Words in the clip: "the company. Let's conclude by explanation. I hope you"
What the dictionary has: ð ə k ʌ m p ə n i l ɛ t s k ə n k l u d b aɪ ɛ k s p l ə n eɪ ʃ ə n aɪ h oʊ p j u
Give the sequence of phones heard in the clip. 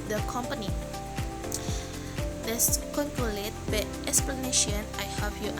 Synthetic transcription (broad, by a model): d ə k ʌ m p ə n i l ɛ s k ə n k l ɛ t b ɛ ɛ k s p l ə n eɪ ʃ ə n aɪ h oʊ f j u